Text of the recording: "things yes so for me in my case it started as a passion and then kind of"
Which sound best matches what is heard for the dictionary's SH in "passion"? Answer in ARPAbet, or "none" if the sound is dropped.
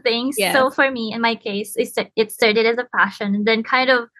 SH